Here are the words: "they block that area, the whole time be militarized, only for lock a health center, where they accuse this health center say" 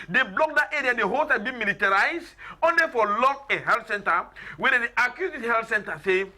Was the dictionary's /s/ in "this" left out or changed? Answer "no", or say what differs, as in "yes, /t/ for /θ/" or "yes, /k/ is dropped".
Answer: yes, /s/ is dropped